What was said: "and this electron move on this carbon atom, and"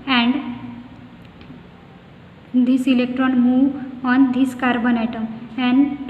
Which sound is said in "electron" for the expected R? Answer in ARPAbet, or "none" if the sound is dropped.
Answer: R